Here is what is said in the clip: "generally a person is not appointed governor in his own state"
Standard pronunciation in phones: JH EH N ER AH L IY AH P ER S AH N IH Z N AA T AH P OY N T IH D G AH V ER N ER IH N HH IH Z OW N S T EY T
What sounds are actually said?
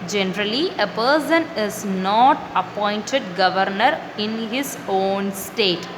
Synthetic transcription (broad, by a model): JH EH N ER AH L IY AH P ER S AH N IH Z N AA T AH P OY N T IH D G AH V ER N ER IH N HH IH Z OW N S T EY T